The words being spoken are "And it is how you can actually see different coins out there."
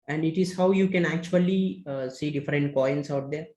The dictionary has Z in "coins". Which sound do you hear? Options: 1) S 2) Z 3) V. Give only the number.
1